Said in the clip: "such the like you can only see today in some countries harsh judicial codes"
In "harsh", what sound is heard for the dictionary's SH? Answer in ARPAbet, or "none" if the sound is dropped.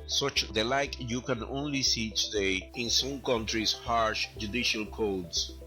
SH